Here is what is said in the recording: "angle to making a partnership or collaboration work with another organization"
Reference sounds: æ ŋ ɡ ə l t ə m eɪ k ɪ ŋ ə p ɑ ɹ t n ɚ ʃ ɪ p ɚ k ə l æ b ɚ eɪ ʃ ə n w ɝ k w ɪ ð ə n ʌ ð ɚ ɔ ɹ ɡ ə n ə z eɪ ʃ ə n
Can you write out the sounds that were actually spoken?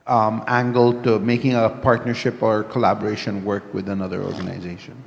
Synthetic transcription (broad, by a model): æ ŋ ɡ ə l t ə m eɪ k ɪ ŋ ə p ɑ ɹ t n ɚ ʃ ɪ p ɚ k ə l æ b ɚ eɪ ʃ ə n w ɝ k w ɪ ð ə n ʌ ð ɚ ɔ ɹ ɡ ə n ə z eɪ ʃ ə n